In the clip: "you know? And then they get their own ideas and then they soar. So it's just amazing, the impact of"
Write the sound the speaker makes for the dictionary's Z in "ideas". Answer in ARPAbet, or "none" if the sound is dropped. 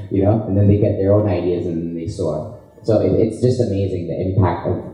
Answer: Z